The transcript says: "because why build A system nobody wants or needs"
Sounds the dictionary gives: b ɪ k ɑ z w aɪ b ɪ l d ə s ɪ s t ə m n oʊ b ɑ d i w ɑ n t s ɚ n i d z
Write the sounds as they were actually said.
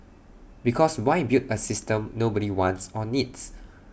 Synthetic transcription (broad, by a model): b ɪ k ɑ s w aɪ b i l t ə s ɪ s t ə m n oʊ b ɑ d i w ɑ n t s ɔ n i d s